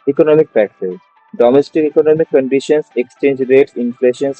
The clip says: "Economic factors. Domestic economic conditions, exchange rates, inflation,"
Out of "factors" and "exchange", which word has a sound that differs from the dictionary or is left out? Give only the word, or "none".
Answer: factors